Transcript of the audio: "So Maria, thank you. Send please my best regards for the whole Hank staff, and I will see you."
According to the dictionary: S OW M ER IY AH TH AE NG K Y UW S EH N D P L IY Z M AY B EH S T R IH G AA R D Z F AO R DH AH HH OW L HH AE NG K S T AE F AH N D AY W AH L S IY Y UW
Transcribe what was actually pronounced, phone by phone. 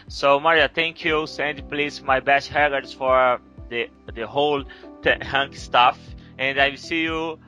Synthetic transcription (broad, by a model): S OW M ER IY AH T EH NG K Y UW S EH N D P L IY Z M AY B EH S T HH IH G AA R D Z F AO R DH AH HH OW L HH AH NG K S T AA F AH N D AY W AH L S IY Y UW